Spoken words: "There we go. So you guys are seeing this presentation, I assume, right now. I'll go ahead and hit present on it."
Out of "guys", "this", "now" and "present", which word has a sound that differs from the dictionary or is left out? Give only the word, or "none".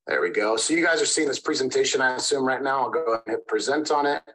none